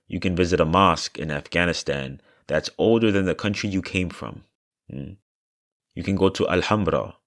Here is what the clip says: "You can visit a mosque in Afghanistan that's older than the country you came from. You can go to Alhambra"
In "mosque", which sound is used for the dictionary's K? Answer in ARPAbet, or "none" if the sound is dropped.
K